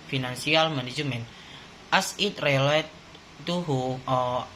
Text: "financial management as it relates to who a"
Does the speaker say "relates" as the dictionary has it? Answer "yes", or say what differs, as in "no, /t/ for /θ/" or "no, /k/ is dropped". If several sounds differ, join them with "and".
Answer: no, /s/ is dropped